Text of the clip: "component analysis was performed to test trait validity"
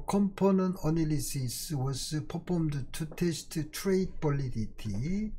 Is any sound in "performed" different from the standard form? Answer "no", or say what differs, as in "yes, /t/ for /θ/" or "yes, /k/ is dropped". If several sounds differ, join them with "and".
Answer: yes, /p/ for /f/